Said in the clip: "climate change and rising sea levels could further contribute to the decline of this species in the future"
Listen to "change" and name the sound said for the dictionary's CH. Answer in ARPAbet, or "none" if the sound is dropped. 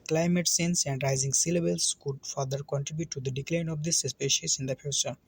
S